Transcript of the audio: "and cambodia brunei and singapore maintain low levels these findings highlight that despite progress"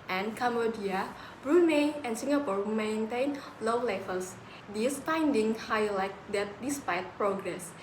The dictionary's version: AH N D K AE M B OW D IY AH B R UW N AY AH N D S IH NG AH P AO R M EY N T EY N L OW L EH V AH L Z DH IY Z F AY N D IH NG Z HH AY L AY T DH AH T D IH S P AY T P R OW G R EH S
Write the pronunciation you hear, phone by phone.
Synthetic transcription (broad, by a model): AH N K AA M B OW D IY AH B R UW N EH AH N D S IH NG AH P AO R M EY N T EY N L OW L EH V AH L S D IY S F AY N D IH NG HH AY L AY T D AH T D IH S P AY T P R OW G R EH S